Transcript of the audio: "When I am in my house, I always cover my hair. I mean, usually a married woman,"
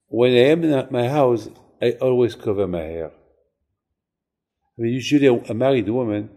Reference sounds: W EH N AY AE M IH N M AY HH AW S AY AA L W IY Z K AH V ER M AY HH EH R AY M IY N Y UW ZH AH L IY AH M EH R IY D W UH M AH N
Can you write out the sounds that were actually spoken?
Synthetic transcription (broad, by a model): W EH N AY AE M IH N M AY HH AW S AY AA L W IY Z K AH V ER M AY HH EH R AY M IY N Y UW ZH AH L IY AH M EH R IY D W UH M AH N